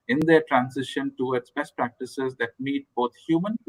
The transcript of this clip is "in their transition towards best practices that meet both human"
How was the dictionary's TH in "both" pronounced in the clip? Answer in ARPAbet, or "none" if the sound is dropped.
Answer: T